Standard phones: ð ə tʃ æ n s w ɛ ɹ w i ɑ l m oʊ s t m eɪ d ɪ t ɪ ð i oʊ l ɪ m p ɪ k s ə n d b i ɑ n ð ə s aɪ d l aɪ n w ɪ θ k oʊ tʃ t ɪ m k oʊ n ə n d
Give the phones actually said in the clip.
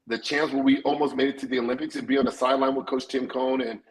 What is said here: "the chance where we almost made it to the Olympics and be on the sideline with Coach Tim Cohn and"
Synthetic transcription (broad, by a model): ð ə tʃ æ n s w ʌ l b i ɑ l m oʊ s t m eɪ d ɪ t ɪ ð i oʊ l ɪ m p ɪ k s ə n b i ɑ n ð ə s aɪ d l aɪ n w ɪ k oʊ s t ɪ m k oʊ n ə n